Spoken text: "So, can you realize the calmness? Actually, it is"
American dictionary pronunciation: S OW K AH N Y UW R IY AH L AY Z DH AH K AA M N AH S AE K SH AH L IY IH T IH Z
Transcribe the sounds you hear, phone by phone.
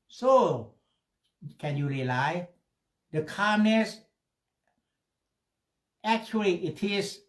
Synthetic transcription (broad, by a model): S OW K AH N Y UW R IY L AY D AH K AA M N AH S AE K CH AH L IY IH T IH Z